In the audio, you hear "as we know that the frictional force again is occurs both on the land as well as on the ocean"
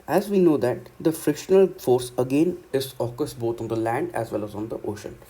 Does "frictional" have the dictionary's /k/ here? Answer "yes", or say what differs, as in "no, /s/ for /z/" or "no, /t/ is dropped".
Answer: yes